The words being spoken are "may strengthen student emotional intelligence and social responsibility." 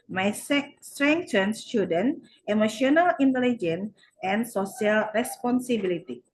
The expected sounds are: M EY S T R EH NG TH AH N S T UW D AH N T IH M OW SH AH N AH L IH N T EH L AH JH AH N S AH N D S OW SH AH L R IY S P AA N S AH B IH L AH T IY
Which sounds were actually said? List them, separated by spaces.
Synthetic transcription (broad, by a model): M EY S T R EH NG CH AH N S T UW D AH N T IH M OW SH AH N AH L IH N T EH L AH JH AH N AH N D S OW S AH L R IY S P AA N S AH B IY L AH T IY